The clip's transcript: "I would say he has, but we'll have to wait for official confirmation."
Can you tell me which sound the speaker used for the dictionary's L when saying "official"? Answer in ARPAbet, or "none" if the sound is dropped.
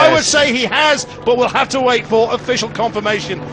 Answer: L